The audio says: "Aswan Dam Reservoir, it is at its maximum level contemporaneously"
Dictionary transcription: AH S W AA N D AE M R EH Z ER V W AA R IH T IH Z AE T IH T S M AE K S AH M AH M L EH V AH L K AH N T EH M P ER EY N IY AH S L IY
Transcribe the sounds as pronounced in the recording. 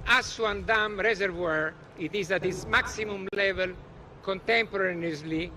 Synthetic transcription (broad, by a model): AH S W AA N D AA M R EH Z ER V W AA R IH T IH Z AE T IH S M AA K S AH M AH M L EH V AH L K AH N T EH M P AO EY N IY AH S L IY